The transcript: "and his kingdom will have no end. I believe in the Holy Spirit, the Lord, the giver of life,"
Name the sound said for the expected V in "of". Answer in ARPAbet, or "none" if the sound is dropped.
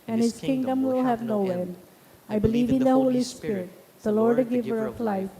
P